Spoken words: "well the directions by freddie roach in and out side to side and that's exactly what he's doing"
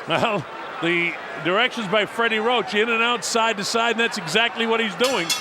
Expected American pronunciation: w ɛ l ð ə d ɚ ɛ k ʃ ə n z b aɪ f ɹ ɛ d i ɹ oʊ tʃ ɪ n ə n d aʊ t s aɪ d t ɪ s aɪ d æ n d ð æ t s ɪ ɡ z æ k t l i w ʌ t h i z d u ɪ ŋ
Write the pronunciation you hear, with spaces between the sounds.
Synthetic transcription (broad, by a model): w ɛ l ð ə d ɚ ɛ k ʃ ə n z b aɪ f ɹ ɛ d i ɹ oʊ tʃ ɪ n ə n aʊ t s aɪ d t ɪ s aɪ d n ð æ t s ɪ ɡ z æ k t l i w ʌ t h i z d u ɪ ŋ